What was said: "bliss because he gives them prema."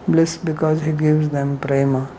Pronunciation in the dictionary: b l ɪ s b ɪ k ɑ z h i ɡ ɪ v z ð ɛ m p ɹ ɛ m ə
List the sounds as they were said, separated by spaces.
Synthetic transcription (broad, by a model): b l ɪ s b ɪ k ɑ z h i ɡ ɪ v z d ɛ m p ɹ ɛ m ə